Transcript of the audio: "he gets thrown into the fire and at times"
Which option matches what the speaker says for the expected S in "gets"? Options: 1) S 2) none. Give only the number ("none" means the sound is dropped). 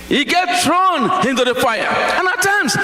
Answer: 2